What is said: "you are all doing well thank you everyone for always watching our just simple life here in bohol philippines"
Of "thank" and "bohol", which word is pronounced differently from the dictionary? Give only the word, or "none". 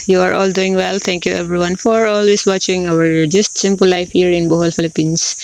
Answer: thank